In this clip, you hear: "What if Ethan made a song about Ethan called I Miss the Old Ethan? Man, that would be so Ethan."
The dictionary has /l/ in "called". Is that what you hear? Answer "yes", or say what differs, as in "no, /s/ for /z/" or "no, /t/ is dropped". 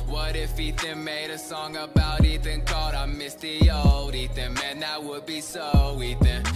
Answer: no, /l/ is dropped